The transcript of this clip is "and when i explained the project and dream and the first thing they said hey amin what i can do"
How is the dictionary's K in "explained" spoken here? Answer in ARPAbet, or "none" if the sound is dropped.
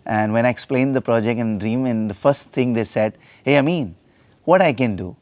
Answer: K